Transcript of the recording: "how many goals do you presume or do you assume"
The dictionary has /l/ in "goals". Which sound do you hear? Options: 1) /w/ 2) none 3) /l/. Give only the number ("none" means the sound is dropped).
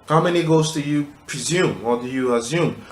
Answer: 2